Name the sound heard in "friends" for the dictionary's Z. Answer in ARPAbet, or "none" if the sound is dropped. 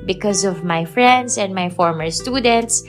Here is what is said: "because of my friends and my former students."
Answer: S